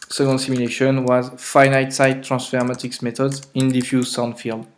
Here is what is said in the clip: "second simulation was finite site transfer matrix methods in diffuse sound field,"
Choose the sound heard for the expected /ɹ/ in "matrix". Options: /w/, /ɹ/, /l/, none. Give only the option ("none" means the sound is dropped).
none